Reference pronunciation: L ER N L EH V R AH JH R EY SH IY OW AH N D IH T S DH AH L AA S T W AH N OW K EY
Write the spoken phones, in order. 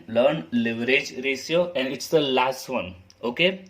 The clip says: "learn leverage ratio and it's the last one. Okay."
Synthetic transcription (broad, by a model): L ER N L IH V R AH JH R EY S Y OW AH N D IH T S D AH L AA S T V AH N OW K EY